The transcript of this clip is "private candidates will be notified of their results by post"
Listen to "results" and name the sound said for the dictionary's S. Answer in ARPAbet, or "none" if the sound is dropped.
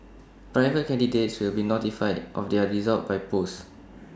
none